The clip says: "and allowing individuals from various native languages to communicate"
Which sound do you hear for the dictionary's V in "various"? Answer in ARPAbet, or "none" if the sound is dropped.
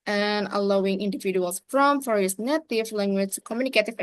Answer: F